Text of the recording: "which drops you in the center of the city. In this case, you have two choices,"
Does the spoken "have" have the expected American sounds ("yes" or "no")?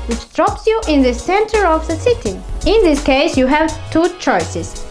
yes